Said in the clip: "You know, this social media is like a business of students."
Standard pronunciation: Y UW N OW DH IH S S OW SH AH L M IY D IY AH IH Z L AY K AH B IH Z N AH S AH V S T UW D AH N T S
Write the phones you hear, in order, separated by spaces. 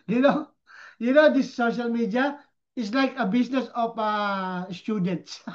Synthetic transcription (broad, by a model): Y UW N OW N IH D S OW SH AH L M IY D IY AH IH S L AY K AH B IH S N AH S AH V S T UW D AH N T S